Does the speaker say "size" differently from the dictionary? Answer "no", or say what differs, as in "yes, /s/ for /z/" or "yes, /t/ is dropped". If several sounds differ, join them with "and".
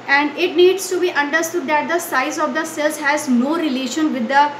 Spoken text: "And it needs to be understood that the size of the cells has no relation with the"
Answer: no